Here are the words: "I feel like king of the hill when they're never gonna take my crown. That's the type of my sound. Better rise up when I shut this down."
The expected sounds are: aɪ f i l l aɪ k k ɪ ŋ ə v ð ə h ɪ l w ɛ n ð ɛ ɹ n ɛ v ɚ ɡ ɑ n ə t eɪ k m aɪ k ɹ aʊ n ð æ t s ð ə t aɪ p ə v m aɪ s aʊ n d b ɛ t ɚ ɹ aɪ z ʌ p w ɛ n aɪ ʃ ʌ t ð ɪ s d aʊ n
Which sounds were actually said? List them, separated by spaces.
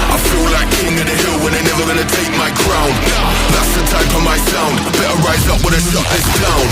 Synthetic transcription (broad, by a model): aɪ f i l l aɪ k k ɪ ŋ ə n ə h ɪ l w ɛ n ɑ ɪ n ɛ v ɚ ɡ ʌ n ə t eɪ k m aɪ k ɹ aʊ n ð æ t s ð ə t aɪ f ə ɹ m aɪ s aʊ n d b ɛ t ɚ ɹ aɪ z ʌ p w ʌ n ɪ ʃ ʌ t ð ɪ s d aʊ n